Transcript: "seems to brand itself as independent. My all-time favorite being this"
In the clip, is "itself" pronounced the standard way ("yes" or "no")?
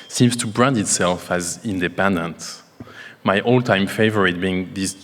yes